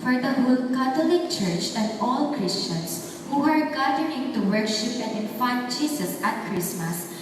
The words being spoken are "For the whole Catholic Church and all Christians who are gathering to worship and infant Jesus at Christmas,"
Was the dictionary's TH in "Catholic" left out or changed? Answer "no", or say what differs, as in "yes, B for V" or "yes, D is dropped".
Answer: yes, T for TH